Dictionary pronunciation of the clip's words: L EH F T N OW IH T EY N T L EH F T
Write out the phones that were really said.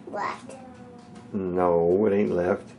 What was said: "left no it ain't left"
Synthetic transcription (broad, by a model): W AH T N OW IH T EY N T L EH F T